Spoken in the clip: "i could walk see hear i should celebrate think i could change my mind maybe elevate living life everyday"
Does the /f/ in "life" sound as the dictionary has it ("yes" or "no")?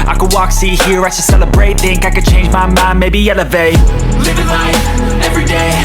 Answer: no